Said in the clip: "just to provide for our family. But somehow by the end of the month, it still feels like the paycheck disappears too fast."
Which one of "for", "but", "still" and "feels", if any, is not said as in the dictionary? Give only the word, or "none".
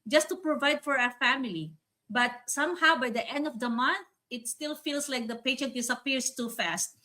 feels